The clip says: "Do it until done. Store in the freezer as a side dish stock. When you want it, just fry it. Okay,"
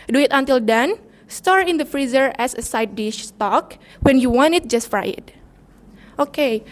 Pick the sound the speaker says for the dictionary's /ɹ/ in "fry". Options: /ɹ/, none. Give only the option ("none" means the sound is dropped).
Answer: /ɹ/